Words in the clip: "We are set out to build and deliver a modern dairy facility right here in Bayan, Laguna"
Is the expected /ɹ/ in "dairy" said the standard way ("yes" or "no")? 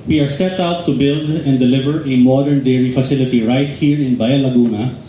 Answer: yes